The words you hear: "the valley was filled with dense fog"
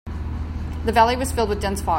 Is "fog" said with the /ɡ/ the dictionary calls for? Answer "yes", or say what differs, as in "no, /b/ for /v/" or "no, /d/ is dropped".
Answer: no, /ɡ/ is dropped